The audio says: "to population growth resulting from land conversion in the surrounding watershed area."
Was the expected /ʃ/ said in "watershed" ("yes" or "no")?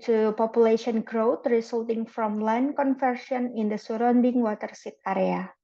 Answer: no